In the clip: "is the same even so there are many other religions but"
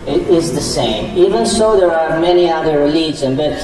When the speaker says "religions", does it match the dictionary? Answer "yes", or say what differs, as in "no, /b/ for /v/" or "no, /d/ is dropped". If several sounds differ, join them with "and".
no, /z/ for /dʒ/ and /z/ is dropped